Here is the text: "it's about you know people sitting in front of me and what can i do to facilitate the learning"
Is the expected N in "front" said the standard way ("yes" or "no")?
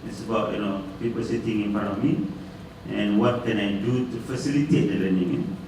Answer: no